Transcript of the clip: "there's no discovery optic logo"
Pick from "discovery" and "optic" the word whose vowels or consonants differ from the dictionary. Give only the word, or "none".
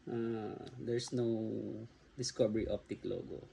discovery